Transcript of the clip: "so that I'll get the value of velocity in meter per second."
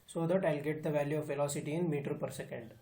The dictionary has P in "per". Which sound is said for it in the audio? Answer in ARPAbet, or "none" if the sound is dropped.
P